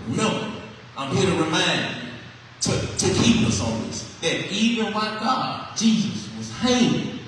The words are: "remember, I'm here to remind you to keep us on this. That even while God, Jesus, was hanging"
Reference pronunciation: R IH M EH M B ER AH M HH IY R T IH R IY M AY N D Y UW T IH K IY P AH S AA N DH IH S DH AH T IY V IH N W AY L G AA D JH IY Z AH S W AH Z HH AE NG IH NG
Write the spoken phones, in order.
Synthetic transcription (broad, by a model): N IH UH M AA AH M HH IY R T IH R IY M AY N D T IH T IH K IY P AH S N DH IH S DH AH T IY V IH N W AY G AA D JH IY Z AH S W AH Z HH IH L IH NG